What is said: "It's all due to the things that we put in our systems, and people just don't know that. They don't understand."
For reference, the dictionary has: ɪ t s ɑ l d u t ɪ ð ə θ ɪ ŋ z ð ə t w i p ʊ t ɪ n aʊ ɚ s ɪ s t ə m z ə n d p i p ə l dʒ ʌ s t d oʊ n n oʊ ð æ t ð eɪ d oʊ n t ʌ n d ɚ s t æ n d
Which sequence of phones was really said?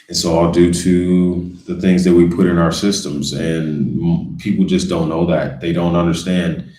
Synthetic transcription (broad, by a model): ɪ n s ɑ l d u t ɪ ð ə θ ɪ ŋ z ð ə t w i p ʊ t ɪ n aʊ ɚ s ɪ s t ə m z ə n p i p l dʒ ʌ s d oʊ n n oʊ ð æ t ð eɪ d oʊ n t ʌ n d ɚ s t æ n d